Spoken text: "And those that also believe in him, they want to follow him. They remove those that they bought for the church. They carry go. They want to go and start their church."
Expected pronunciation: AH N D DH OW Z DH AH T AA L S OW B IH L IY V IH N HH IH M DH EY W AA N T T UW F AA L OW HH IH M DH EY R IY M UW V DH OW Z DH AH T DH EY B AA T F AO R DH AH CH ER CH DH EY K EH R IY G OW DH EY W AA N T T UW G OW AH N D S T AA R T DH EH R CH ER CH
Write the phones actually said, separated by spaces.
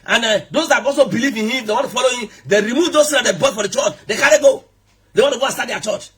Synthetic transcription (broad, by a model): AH N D OW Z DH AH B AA S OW B IH L IY V IH N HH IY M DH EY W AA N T T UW F AA L OW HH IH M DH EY R IY M UW V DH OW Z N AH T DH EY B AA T F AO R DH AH CH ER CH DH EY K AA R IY G OW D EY W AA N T T UW G OW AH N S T AA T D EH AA CH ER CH